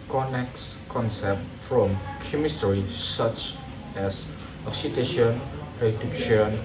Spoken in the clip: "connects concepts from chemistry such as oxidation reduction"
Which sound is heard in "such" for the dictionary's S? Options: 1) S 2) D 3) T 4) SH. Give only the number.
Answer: 1